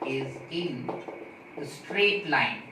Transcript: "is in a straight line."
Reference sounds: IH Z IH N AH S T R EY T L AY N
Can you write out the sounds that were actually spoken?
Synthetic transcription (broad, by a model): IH Z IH N AH S T R EY T L AY N